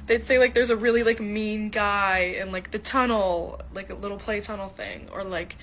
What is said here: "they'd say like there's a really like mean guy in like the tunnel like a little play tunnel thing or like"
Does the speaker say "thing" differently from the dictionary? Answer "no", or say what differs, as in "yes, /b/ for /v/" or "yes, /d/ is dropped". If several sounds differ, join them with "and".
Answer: no